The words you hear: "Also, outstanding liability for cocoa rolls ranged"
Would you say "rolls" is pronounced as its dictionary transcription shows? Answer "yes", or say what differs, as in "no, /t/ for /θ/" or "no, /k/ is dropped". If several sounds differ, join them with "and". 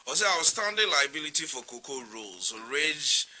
yes